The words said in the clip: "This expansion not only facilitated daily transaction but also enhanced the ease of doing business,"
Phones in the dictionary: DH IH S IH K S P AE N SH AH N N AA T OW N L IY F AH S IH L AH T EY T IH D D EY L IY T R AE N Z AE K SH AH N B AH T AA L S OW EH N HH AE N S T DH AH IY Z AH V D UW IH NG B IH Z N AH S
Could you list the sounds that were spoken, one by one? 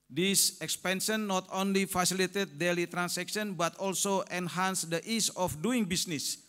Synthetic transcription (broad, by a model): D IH S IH K S P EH N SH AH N N AA T OW N L IY F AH S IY L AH T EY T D D EY L IY T R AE N S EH K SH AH N B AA T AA L S OW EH N HH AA N S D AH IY S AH F D UW IH NG B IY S N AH S